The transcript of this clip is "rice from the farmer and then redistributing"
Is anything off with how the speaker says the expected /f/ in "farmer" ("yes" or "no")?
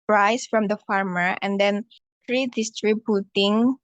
no